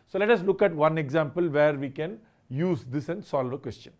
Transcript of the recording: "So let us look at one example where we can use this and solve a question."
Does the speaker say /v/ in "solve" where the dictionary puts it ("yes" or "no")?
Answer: yes